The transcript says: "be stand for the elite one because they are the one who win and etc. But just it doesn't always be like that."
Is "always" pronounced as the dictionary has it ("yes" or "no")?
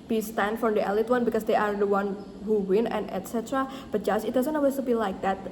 no